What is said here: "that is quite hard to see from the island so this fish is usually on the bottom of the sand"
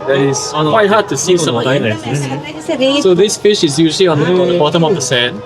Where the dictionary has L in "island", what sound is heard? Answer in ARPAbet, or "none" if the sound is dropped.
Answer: none